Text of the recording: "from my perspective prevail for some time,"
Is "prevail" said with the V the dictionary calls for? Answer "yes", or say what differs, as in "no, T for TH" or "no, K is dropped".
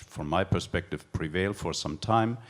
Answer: yes